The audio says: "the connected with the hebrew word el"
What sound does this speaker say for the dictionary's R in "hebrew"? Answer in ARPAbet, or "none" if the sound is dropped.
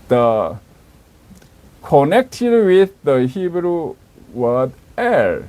R